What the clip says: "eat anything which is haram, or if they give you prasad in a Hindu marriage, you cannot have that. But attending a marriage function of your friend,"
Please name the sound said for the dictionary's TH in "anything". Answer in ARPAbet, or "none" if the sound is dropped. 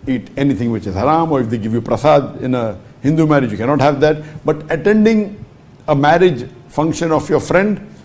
T